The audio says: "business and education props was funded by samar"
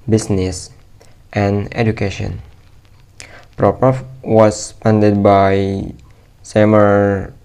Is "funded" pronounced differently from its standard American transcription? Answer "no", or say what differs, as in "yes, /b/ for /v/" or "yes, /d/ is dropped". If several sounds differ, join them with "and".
yes, /p/ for /f/